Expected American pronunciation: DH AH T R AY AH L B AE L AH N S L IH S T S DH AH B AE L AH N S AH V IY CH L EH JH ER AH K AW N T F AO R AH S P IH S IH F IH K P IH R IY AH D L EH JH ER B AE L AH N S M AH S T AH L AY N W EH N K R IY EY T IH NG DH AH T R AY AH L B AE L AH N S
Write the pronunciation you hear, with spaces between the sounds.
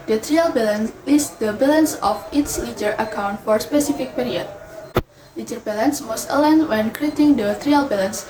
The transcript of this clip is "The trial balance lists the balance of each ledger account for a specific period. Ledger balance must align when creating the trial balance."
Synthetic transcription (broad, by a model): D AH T R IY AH L B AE L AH N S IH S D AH B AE L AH N S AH F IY S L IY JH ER AH K AW N T F AO R S P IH S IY F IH K P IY R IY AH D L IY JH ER B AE L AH N S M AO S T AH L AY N W EH N K R IY EY T IH NG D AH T R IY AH L B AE L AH N S